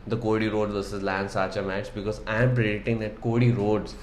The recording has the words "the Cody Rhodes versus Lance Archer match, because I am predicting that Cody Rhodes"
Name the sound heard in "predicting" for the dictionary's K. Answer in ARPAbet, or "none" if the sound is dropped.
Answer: none